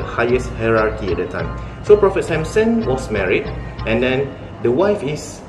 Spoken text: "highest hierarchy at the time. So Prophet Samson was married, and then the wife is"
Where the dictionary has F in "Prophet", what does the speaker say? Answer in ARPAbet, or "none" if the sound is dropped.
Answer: F